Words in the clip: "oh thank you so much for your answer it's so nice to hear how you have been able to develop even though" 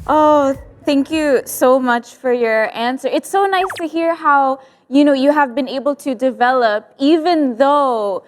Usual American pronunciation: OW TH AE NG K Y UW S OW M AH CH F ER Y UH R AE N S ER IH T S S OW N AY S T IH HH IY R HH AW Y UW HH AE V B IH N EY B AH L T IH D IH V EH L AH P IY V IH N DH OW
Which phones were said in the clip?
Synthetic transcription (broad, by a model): OW TH AE NG K Y UW S OW M AH CH F ER Y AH R AE N S ER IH T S S OW N AY S T IH HH IY R HH AW Y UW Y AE V B IH N EY B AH L T IH D IH V EH L AH P IY V IH N DH OW